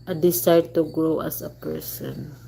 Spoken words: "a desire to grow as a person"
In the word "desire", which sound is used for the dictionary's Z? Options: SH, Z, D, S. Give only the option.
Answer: S